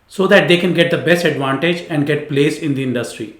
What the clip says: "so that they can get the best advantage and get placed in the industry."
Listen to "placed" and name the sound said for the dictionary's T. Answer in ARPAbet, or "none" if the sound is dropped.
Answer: none